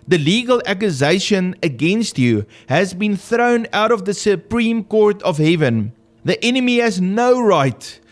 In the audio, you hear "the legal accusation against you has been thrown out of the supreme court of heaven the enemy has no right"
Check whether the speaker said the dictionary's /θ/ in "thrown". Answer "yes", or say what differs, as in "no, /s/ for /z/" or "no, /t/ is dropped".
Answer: yes